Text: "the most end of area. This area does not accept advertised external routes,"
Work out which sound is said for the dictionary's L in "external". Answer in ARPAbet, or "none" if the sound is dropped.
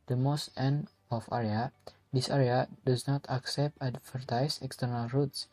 L